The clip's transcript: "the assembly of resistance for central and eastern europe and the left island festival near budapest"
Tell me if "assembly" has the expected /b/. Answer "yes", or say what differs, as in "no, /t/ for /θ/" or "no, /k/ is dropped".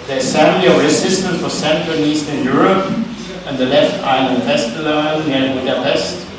no, /b/ is dropped